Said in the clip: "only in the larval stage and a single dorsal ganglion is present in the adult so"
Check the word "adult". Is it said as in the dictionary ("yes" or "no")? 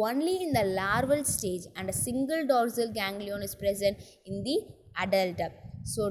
yes